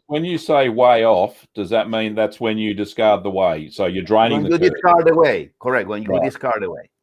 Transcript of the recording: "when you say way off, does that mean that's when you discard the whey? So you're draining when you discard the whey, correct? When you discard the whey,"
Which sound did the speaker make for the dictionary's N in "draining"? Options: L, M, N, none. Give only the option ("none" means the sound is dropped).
none